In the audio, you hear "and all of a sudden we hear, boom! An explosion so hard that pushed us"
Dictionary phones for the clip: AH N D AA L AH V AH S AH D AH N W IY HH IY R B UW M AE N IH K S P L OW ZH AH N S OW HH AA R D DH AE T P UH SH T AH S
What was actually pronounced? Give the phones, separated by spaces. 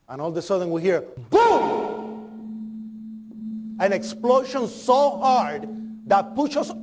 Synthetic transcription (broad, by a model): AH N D AA L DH AH S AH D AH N W IY HH IY R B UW AE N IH K S P L OW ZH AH N S OW HH AA R D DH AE T P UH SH AH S